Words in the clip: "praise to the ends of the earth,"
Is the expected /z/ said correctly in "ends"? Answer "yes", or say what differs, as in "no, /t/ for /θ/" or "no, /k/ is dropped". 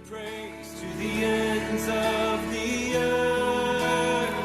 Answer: yes